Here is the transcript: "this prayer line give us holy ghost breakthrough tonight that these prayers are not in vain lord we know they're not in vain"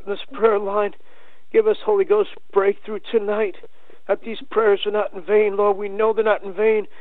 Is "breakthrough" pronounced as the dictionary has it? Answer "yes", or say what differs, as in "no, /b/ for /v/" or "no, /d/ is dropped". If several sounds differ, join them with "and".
yes